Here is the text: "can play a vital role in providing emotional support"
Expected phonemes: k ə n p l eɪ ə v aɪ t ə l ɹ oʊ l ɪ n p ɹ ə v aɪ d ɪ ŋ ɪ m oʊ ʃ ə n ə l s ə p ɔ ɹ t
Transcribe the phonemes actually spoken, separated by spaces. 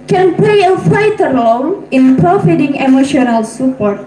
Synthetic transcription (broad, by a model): k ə n p l eɪ ə f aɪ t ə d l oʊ n ɪ n p ɹ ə f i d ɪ ŋ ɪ m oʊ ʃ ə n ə l s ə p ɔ ɹ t